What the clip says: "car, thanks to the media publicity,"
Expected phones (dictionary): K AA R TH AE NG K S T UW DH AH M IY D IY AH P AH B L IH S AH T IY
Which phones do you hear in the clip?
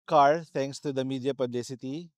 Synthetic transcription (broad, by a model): K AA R T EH NG K S T UW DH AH M IY D IY AH P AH B L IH S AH T IY